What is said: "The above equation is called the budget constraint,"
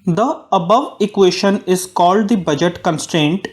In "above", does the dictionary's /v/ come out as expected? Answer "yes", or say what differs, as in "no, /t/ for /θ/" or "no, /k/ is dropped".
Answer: yes